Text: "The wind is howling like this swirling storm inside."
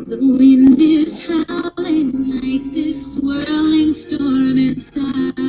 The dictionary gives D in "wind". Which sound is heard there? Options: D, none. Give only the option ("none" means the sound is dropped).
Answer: D